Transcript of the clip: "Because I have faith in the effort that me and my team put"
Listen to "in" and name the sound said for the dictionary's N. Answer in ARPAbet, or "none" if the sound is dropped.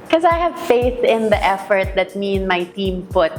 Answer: N